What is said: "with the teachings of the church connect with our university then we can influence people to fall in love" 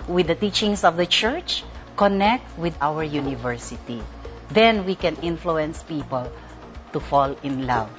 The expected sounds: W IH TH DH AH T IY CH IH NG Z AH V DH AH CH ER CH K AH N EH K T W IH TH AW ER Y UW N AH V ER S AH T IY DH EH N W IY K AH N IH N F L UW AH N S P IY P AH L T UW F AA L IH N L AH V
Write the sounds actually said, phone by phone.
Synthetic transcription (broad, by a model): W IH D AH T IY CH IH NG S AH V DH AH CH ER CH K AH N EH K T W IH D AW ER Y UW N AH V ER S AH T IY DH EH N W IY K AH N IH N F L UW AH N S P IY P AH L T UW F AA L IH N L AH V